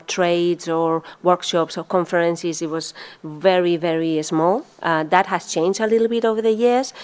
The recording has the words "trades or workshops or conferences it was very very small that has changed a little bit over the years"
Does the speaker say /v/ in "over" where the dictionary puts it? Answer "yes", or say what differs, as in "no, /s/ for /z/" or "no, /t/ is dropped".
yes